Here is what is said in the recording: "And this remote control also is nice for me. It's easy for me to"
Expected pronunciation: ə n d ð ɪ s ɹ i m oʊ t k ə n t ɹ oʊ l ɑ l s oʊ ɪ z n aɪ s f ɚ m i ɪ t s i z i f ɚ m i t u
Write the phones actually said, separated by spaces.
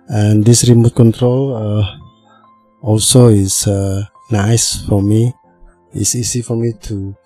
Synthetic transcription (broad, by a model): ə n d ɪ s ɹ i m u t k ə n t ɹ oʊ l ɑ l s oʊ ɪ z n aɪ s f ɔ m i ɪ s i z i f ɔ m i t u